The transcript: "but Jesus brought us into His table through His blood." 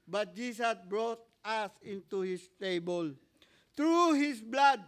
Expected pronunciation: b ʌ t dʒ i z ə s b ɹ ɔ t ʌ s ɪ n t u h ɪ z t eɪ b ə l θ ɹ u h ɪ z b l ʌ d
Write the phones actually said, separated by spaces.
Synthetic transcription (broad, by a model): b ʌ t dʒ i s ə s b ɹ ɔ t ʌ s ɪ n t u h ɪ s t eɪ b ə l t ɹ u h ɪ s b l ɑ d